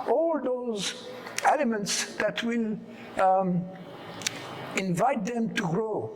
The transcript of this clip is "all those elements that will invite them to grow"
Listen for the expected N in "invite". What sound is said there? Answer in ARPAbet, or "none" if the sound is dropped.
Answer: N